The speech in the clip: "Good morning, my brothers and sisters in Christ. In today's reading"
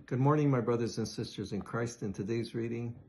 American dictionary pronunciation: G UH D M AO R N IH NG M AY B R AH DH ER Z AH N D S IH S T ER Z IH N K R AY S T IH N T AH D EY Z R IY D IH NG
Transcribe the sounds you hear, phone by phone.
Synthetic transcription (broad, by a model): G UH D M AO R N IH NG M AY B R AH DH ER Z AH N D S IH S T ER Z IH N K R AY S T IH N T AH D EY Z R IY D IH NG